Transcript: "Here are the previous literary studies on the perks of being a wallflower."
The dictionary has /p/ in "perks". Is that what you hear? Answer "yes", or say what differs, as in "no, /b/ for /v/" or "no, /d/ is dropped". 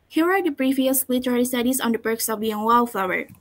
no, /b/ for /p/